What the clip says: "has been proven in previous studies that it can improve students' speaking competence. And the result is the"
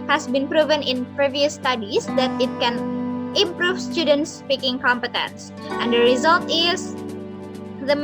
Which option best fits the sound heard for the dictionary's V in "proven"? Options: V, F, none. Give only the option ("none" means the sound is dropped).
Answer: V